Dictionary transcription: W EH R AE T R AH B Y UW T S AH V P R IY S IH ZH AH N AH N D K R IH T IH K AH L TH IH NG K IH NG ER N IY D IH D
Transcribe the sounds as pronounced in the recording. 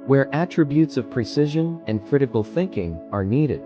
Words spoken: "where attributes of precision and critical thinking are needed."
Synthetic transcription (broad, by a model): W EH R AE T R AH B Y UW T S AH V P R IY S IH ZH AH N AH N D K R IH T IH K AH L TH IH NG K IH NG ER N IY D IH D